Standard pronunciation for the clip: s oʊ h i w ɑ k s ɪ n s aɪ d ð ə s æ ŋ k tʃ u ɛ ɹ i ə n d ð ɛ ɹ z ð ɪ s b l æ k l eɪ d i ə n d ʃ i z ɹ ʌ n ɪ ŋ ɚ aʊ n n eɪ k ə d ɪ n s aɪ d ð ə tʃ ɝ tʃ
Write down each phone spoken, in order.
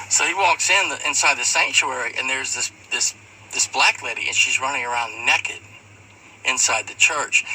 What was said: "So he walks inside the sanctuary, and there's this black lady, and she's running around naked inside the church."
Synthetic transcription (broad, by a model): s oʊ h i w ɑ k s ɪ n s aɪ d ð ə s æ ŋ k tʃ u ɛ ɹ i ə n ð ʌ ɹ z ð ɪ s b l æ k l eɪ d i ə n ʃ i z ɹ ʌ n ɪ ŋ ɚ aʊ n n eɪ k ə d ɪ n s aɪ d ð ə tʃ ɝ tʃ